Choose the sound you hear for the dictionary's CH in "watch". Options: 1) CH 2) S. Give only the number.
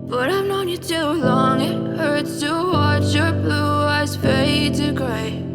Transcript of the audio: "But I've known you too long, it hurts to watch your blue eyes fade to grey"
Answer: 1